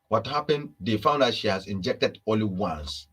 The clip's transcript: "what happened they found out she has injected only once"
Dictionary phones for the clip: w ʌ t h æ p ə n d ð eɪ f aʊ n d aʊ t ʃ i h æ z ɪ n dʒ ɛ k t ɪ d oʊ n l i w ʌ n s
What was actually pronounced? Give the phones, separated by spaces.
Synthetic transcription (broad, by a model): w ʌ t h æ p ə n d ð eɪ f aʊ n d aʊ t ʃ i h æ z ɪ n dʒ ɛ k t ɪ d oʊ l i w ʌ n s